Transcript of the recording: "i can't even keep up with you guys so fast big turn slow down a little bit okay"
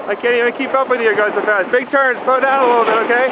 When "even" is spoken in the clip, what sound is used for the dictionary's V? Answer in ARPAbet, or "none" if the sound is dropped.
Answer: none